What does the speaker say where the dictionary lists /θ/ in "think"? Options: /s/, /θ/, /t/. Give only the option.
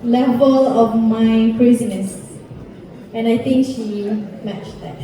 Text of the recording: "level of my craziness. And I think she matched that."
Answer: /t/